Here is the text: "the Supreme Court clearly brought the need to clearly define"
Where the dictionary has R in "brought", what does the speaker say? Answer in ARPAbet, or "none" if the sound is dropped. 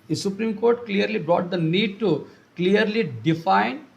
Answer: R